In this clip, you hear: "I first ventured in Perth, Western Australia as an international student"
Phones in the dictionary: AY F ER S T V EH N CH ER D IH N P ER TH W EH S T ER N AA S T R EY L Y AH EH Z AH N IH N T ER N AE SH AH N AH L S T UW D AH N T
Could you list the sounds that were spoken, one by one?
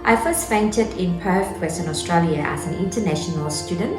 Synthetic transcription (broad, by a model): AY F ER S T F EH N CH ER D IH N P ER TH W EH S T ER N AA S T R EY L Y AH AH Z AH N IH N T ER N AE SH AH N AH L S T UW D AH N T